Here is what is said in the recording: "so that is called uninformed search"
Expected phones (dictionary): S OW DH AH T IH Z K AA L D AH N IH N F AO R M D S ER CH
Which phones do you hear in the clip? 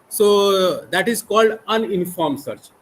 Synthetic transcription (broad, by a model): S OW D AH T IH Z K AA L D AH N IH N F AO R M S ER CH